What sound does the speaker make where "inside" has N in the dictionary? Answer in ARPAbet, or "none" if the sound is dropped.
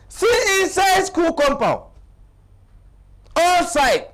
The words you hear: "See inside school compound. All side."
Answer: none